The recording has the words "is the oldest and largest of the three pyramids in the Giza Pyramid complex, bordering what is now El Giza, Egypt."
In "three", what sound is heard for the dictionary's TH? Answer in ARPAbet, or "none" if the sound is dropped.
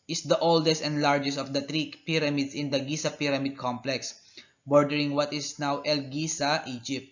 T